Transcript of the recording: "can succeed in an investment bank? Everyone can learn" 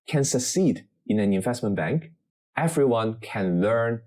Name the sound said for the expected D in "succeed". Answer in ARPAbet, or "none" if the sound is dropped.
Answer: D